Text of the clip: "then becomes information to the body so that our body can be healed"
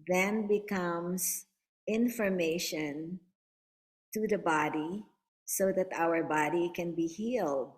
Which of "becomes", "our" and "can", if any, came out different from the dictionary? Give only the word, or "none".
becomes